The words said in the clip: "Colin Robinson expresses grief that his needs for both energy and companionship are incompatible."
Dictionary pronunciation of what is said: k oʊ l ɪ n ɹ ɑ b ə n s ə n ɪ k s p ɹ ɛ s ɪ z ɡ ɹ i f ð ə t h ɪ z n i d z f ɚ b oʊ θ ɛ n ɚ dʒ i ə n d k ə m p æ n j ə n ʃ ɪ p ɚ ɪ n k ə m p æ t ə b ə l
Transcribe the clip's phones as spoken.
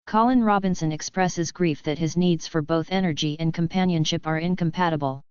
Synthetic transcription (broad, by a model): k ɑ l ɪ n ɹ ɑ b ə n s ə n ɪ k s p ɹ ɛ s ɪ z ɡ ɹ i f ð ə t h ɪ z n i d z f ɚ b oʊ θ ɛ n ɚ dʒ i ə n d k ə m p æ n j ə n ʃ ɪ p ɚ ɪ n k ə m p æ t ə b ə l